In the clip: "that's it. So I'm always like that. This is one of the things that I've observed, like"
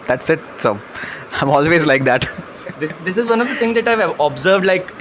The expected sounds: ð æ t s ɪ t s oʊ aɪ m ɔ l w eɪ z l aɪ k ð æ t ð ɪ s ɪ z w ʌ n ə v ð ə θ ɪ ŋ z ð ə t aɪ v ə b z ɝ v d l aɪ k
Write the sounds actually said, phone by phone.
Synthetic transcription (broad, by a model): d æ t s ɪ t s oʊ aɪ m ɔ l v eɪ z l aɪ k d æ t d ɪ s ɪ z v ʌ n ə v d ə t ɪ ŋ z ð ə t aɪ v ə b z ɝ v d l aɪ k